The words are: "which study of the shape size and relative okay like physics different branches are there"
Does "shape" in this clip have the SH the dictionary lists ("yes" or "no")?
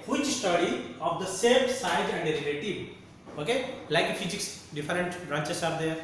no